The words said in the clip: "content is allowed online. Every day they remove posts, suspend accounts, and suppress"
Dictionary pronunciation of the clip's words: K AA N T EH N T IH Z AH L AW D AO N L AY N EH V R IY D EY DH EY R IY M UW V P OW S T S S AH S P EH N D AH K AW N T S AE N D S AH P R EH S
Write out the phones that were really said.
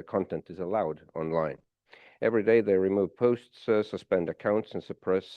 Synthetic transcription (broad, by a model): K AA N T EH N T IH Z AH L AW D AO N L AY N EH V R IY D EY DH EY R IY M UW V P OW S T S S AH S P EH N D AH K AW N T S N S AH P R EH S